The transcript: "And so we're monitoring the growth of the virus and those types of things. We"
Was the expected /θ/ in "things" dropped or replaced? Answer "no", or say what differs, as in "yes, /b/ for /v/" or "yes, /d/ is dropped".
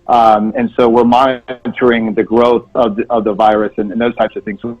no